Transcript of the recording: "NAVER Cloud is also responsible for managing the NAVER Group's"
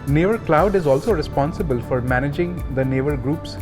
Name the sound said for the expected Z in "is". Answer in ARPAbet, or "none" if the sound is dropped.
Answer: Z